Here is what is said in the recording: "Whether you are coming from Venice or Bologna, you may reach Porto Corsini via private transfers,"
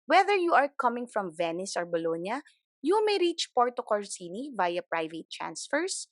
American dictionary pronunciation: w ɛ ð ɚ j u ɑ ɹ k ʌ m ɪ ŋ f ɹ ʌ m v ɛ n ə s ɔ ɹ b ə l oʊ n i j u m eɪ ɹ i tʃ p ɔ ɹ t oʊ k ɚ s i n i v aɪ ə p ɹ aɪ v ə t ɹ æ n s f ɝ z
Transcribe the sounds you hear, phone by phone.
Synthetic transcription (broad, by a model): w ɛ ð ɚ j u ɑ ɹ k ʌ m ɪ ŋ f ɹ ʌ m v ɛ n ə s ɔ ɹ b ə l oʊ n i j u m eɪ ɹ i tʃ p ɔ ɹ t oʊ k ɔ s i n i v aɪ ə p ɹ aɪ v ə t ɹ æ n s f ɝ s